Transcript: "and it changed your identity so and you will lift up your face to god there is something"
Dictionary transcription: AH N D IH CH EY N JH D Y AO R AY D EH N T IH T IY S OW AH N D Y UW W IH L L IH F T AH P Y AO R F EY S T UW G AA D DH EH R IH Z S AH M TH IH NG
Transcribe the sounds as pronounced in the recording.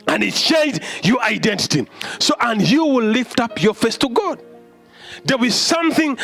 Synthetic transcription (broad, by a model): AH N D IH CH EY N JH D Y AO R AY D EH N T IH T IY S OW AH N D Y UW W IH L L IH F T AH P Y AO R F EY S T UW G AA D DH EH W IH Z S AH M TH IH NG